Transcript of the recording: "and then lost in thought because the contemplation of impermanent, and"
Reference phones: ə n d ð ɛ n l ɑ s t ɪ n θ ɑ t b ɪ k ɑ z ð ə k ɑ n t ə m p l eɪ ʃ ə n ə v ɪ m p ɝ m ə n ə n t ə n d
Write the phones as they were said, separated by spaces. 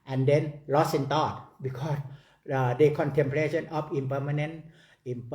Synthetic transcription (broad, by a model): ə n d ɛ n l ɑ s ɪ n t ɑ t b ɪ k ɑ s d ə k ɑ n t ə m p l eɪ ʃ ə n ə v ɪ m p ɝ m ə n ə n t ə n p